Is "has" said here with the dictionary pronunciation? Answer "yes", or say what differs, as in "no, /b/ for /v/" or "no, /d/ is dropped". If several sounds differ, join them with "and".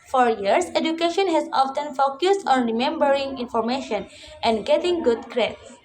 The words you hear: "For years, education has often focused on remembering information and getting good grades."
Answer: no, /s/ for /z/